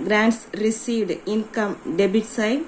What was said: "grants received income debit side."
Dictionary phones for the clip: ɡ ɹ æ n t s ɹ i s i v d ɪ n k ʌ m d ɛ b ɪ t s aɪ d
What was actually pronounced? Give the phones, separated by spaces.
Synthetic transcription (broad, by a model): ɡ ɹ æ n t s ɹ i s i v d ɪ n k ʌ m d ɛ b ɪ t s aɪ